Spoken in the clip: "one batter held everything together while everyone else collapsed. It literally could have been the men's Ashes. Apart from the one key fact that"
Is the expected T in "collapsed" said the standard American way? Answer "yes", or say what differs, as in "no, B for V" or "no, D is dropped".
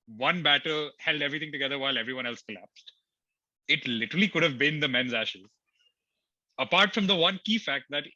yes